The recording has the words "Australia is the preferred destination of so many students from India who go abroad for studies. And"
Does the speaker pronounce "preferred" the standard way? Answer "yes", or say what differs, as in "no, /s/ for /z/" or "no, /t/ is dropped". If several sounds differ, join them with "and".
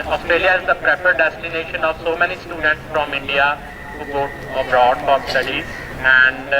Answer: no, /p/ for /f/